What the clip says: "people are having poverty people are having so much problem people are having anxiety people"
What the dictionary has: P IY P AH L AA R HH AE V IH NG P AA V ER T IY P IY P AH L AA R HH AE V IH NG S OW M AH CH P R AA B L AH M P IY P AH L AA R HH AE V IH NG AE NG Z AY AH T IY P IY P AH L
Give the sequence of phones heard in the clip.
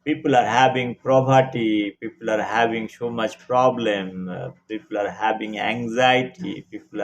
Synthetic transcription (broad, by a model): P IY P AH L AA R HH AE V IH NG P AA P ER T IY P IY P AH L AA R HH AE V IH NG S OW M AH CH P R AA B L AH M P IY P AH L AA R HH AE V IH NG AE NG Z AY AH T IY P IY P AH L